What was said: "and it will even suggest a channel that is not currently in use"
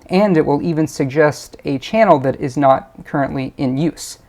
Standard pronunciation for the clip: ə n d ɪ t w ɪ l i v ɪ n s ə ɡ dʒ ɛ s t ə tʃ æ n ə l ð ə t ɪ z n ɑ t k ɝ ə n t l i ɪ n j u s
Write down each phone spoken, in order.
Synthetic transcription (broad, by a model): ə n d ɪ t w ɪ l i v ɪ n s ə ɡ dʒ ɛ s t ə tʃ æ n l ð ə t ɪ z n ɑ t k ɝ ə n t l i ɪ n j u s